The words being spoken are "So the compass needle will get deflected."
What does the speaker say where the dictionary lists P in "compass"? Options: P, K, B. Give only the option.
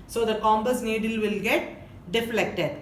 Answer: B